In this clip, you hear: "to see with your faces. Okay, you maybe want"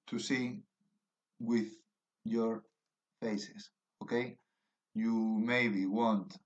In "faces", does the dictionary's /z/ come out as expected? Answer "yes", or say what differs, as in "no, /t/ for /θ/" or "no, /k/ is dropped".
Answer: no, /s/ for /z/